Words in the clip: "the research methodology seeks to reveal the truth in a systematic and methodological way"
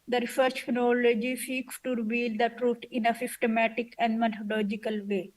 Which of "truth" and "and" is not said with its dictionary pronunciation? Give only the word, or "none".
truth